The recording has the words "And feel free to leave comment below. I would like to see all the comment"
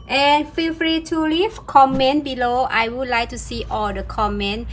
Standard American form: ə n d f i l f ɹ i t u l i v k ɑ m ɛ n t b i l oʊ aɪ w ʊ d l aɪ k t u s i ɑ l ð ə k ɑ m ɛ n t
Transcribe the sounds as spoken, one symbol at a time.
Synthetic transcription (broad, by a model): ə n f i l f ɹ i t u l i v k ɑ m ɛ n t b i l oʊ aɪ w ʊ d l aɪ k t u s i ɑ l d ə k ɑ m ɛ n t